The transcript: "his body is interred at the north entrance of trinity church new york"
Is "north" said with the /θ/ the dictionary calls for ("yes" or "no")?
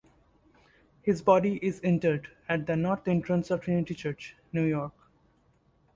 no